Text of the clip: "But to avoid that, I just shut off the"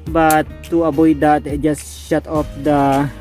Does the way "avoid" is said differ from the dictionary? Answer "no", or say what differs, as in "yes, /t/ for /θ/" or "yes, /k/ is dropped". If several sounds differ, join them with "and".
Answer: yes, /b/ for /v/